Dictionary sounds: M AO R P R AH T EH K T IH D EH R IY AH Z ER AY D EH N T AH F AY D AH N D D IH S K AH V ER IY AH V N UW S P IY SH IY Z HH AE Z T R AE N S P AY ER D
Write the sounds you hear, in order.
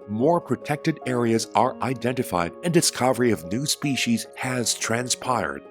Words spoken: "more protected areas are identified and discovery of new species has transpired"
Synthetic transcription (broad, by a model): M AO R P R AH T EH K T IH D EH R IY AH Z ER AY D EH N T AH F AY D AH N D D IH S K AH V ER IY AH V N UW S P IY SH IY Z HH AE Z T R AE N S P AY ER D